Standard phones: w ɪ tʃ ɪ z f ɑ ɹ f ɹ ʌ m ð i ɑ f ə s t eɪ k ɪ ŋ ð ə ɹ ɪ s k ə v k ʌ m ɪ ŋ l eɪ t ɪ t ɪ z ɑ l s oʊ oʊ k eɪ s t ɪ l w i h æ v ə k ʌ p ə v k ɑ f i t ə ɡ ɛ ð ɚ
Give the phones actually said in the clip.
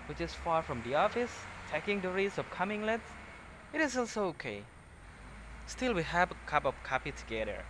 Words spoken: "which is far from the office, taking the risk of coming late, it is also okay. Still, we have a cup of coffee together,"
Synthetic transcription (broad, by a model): w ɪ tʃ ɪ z f ɑ ɹ f ɹ ʌ m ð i ɑ f ə s t eɪ k ɪ ŋ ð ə ɹ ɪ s ə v k ʌ m ɪ ŋ l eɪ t ɪ t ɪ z ɑ l s oʊ oʊ k eɪ s t ɪ l w i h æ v ə k ʌ p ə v k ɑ p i t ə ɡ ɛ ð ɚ